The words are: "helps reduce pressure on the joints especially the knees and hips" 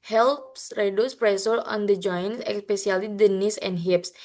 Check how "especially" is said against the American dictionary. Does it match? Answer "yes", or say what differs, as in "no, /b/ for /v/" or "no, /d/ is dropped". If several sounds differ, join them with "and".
no, /s/ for /ʃ/